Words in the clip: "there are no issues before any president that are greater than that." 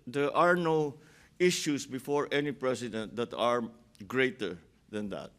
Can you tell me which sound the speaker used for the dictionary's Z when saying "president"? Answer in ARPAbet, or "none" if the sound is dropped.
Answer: S